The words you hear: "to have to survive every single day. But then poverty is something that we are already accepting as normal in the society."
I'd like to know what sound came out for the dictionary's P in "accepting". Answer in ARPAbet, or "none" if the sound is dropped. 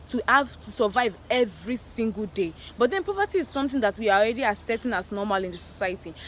none